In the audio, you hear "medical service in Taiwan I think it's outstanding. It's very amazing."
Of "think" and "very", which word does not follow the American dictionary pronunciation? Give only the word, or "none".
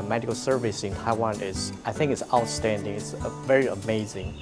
none